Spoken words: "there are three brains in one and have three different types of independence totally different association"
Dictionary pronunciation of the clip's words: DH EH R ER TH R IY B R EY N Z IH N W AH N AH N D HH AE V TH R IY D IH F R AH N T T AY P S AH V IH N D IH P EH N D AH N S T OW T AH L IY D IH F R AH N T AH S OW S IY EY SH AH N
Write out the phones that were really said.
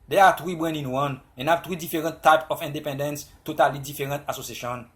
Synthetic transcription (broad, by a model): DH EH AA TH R IY B W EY N IH N W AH N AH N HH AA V T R IY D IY F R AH N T T AY P AH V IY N D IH P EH N D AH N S T OW T AH L IY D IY F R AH N T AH S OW S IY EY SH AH N